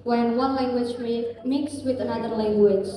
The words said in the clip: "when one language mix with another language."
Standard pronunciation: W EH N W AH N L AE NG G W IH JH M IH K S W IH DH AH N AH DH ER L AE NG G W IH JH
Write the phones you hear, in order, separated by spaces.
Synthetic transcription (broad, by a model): W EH N W AH N L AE NG G W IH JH M IH K S W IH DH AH N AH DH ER L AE NG G W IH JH